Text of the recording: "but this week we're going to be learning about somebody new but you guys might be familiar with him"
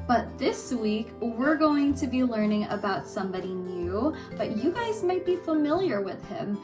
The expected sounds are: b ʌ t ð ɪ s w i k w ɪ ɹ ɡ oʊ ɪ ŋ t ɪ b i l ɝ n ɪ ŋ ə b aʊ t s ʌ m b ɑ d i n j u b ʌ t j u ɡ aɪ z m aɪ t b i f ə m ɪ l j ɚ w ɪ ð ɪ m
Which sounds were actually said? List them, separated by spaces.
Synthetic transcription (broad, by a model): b ʌ t ð ɪ s w i k w ɪ ɹ ɡ oʊ ɪ ŋ t ɪ b i l ɝ n ɪ ŋ ə b aʊ t s ʌ m b ɑ d i n j u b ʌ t j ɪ ɡ aɪ z m aɪ t b i f ə m ɪ l j ɚ w ɪ ð ɪ m